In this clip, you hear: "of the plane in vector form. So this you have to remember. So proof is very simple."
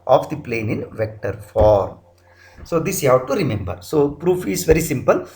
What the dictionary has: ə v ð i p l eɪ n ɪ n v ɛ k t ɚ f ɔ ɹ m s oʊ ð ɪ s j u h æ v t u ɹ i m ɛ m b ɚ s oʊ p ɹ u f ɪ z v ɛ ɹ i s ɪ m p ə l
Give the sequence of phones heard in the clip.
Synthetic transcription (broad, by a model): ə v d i p l eɪ n ɪ n v ɛ k t ɚ f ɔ ɹ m s oʊ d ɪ s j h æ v t u ɹ i m ɛ m b ɚ s oʊ p ɹ u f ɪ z v ɛ ɹ i s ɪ m p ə l